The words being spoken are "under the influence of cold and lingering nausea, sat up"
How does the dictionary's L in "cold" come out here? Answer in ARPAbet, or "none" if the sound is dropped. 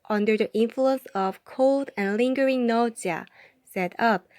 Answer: L